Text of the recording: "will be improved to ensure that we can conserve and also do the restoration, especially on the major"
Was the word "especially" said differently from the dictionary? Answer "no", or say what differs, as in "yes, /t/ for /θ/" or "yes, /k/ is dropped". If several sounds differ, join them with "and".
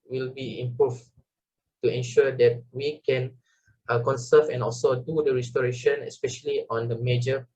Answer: no